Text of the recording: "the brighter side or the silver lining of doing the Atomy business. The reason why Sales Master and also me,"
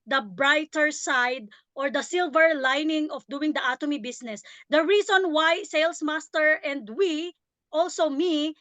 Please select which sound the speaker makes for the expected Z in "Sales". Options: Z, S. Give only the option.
S